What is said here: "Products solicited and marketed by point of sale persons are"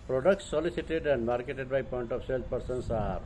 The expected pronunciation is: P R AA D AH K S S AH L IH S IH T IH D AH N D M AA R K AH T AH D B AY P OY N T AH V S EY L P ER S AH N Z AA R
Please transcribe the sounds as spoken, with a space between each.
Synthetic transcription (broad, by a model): P R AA D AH K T S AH L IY S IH T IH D AH N D M AA R K AH T AH D B AY P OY N T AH P S EY L P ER S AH N S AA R